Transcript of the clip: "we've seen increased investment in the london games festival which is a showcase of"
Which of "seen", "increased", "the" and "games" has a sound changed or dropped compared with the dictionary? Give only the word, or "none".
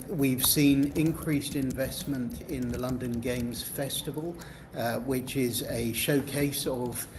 none